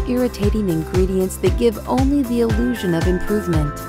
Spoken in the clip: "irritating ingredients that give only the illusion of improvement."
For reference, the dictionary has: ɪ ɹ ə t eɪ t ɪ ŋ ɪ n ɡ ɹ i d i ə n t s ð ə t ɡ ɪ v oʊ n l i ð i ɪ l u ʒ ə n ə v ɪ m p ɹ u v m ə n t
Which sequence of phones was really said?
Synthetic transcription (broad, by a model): ɪ ɹ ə t eɪ t ɪ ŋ ɪ n ɡ ɹ i d i ə n t s ð ə t ɡ ɪ v oʊ n l i ð i ɪ l u ʒ ə n ə v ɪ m p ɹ u v m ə n t